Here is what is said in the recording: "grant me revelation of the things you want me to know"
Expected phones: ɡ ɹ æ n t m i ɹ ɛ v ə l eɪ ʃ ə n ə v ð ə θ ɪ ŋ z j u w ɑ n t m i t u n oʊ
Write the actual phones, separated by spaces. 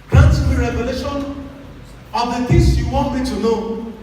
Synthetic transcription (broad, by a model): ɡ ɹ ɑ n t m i ɹ ɛ v ə l eɪ ʃ ə n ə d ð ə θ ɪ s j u w ɑ n t m i t u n oʊ